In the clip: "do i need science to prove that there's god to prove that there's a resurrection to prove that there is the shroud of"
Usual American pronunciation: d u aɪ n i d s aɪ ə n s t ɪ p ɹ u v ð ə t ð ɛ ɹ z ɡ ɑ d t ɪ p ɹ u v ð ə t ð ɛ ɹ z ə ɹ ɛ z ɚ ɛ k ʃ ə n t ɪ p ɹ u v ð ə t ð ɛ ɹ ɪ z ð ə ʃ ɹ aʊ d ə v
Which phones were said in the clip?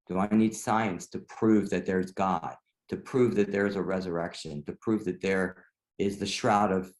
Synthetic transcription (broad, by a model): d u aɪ n i d s aɪ ə n s t ɪ p ɹ u v ð ə t ð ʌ ɹ z ɡ ɑ d t ɪ p ɹ u v ð ə t ð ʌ ɹ z ə ɹ ɛ z ɚ ɛ k ʃ ə n t ɪ p ɹ u v ð ə t ð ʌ ɹ ɪ z ð ə ʃ ɹ aʊ d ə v